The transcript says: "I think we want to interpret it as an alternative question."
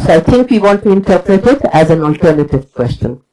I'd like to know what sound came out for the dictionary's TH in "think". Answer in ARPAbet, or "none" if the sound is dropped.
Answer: T